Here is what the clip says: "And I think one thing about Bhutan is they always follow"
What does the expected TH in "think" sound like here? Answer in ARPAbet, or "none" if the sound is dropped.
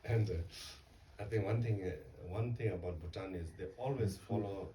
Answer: T